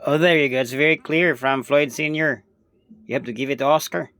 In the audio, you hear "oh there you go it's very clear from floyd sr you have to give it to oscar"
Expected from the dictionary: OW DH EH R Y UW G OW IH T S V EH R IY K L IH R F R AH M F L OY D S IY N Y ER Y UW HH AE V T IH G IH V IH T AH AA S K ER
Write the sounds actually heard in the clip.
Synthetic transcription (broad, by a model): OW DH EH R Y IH G OW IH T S V EH R IY K L IH R F R AH M F L OY D S IY N Y ER Y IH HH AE P T IH G IH V IH T AH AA S K ER